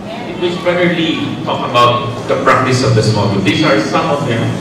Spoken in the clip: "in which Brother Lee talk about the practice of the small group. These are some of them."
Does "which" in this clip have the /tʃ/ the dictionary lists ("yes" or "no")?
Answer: no